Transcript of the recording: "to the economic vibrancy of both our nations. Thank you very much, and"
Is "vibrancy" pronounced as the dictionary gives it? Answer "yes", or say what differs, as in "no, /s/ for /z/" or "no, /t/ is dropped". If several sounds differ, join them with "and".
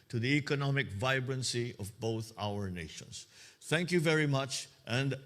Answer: yes